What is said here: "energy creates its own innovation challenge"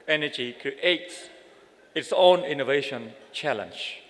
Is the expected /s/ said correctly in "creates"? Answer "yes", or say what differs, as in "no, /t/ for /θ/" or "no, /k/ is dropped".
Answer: no, /s/ is dropped